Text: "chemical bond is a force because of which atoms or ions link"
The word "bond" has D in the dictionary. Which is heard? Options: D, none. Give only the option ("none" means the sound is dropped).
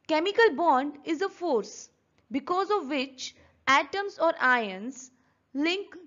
D